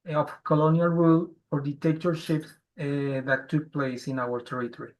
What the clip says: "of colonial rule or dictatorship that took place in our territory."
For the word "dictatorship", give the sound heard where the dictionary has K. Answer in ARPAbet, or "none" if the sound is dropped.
none